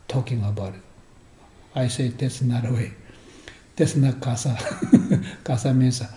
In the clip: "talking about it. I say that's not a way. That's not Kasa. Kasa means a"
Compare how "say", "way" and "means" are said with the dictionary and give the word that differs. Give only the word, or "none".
means